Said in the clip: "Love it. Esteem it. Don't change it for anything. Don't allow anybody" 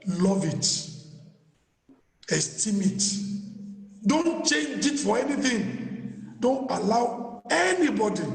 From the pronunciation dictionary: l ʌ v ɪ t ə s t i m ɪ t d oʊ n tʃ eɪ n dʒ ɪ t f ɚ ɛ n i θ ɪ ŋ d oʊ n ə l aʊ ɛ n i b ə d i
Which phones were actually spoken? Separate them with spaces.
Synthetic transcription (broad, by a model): l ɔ v ɪ t ə s t i m ɪ t d oʊ n tʃ eɪ n dʒ ɪ t f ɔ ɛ n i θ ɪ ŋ d oʊ n ə l aʊ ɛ n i b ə d i